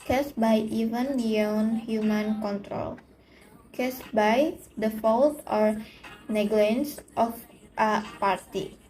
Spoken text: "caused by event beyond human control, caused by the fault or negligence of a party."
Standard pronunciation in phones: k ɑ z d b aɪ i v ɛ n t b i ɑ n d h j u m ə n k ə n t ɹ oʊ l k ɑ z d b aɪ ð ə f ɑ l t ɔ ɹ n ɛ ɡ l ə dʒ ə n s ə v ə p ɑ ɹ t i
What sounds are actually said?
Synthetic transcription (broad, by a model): k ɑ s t b aɪ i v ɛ n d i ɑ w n h j u m ə n k ə n t ɹ oʊ l k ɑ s b aɪ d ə f ɑ l t ɔ ɹ n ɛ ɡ l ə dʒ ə n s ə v ə p ɑ ɹ t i